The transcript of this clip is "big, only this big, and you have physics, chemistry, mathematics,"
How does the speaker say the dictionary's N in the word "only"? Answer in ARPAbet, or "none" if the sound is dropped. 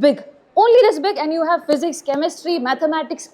N